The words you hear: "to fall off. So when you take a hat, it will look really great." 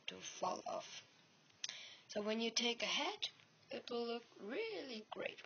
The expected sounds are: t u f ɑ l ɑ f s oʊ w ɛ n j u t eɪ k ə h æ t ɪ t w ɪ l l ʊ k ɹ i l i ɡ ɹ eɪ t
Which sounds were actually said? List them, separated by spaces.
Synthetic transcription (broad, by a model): t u f ɑ l ɑ f s oʊ w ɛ n j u t eɪ k ə h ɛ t ɪ t w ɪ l l ʊ k ɹ i l i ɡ ɹ eɪ t